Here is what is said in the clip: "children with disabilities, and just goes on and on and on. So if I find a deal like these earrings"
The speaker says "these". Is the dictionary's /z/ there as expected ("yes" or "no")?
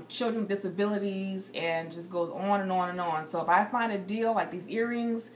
yes